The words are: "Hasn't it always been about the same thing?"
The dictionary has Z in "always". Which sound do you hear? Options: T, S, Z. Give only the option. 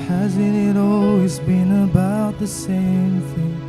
Z